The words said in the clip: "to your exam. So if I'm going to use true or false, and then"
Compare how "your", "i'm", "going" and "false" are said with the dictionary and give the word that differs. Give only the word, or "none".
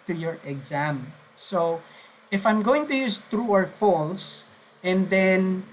none